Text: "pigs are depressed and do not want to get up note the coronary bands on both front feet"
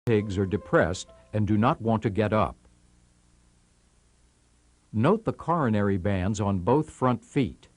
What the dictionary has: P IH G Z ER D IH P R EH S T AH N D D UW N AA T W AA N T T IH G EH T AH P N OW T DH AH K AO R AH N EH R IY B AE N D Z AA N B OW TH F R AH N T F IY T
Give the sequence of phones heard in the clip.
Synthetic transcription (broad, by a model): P IH G Z ER D IH P R EH S T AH N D D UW N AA T W AA N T T IH G EH T AH P N OW T DH AH K AO R AH N EH R IY B AE N D Z N B OW TH F R AH N T F IY T